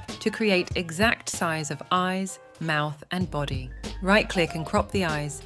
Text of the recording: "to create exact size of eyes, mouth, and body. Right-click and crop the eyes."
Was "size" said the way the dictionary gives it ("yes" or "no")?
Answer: yes